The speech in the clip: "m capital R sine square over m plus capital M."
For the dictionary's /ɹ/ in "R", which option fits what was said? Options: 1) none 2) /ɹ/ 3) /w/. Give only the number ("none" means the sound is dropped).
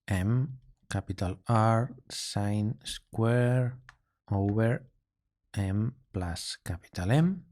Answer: 2